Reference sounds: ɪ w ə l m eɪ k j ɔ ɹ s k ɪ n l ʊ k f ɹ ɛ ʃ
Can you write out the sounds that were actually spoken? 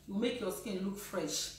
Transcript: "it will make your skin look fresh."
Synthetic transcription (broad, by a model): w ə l m eɪ k j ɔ s k ɪ n l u k f ɹ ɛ ʃ